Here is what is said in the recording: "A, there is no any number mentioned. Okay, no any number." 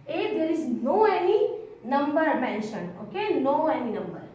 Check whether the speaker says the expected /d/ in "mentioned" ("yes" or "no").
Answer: no